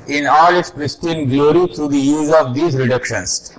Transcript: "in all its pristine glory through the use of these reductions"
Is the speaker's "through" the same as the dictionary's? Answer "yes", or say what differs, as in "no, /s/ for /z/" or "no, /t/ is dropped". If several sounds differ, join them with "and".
no, /t/ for /θ/